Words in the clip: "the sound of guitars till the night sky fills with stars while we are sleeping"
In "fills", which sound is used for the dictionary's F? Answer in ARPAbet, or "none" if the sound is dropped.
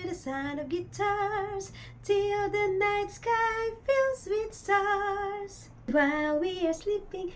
F